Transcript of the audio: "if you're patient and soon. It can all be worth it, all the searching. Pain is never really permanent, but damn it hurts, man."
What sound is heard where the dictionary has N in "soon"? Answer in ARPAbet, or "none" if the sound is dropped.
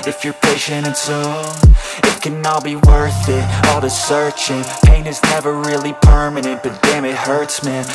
none